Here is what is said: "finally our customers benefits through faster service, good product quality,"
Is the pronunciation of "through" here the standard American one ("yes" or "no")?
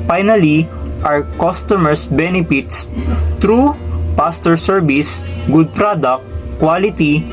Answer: no